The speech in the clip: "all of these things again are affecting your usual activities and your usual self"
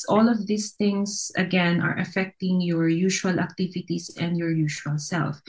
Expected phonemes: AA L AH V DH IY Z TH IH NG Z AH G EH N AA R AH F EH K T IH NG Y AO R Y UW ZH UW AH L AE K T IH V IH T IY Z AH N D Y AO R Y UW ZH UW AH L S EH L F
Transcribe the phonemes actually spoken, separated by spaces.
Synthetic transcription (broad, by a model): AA L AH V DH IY S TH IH NG S AH G EH N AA R AH F EH K T IH NG Y AO R Y UW SH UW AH L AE K T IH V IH T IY S AH N D Y AO R Y UW SH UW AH L S EH L F